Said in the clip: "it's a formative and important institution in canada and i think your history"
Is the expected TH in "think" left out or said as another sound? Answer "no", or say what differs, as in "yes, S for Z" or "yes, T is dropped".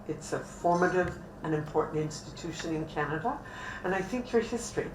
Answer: no